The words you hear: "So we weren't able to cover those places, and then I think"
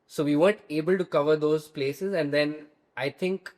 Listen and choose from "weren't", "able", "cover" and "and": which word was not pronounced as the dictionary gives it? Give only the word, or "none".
weren't